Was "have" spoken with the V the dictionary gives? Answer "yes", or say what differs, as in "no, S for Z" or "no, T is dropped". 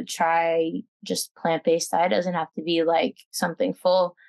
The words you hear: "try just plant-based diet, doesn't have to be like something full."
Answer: no, F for V